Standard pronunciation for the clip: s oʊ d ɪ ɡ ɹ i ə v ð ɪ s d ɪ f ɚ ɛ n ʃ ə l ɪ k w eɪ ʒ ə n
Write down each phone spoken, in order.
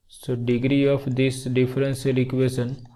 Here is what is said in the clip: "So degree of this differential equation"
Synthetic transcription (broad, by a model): s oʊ d ɪ ɡ ɹ i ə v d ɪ s d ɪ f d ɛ n s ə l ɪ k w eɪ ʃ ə n